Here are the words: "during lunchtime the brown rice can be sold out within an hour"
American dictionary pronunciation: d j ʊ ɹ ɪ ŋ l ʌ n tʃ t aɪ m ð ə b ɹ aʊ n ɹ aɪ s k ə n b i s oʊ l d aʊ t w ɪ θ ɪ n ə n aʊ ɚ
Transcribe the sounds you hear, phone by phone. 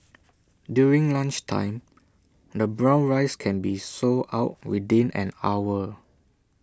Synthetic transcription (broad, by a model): d j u ɹ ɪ ŋ l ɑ n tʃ t aɪ m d ə b ɹ aʊ n ɹ aɪ s k ə n b i s oʊ aʊ t w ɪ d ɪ n ə n aʊ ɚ